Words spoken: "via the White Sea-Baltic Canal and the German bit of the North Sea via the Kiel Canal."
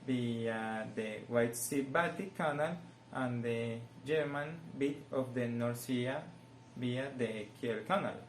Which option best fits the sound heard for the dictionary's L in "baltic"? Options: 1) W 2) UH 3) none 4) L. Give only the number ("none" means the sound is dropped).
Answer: 3